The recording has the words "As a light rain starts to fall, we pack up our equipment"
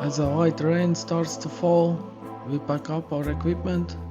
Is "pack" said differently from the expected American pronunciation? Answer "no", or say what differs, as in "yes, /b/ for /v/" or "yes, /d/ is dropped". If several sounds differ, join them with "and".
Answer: yes, /b/ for /p/